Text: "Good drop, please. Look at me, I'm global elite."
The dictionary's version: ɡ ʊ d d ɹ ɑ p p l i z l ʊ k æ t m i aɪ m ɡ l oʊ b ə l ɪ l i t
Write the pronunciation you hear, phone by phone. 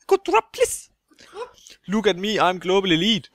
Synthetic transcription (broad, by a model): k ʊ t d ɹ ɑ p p l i s l ʊ k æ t m i aɪ m ɡ l oʊ b ə l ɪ l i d